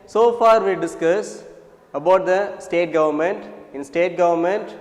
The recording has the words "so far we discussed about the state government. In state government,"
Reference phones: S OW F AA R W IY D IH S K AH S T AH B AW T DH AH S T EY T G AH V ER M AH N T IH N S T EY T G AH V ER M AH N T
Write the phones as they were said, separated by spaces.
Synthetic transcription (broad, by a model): S OW F AA R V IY D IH S K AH S AH B AW T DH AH S T EY T G AH V ER M AH N T IH N S T EY T G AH V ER M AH N T